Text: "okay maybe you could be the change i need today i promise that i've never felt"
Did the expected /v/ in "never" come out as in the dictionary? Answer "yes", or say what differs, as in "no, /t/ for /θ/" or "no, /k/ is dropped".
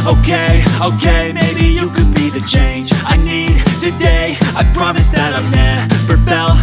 no, /p/ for /v/